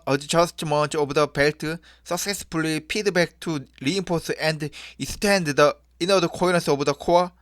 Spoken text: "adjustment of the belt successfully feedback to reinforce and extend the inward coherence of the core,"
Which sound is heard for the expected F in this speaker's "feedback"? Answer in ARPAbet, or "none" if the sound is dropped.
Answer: P